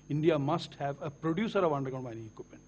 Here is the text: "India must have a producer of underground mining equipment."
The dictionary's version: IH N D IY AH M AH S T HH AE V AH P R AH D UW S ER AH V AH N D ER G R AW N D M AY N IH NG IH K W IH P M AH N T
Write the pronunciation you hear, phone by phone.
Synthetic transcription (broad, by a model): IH N D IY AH M AH S T HH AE V AH P R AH D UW S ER AH V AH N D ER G AW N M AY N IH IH K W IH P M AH N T